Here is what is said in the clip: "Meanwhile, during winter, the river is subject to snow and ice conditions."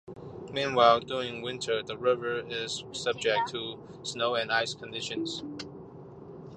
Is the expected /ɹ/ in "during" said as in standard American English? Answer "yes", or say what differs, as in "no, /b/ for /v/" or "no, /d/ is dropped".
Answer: yes